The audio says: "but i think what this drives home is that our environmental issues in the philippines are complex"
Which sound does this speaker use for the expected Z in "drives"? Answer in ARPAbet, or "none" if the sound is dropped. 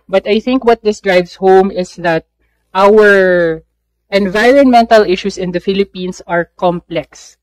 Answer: S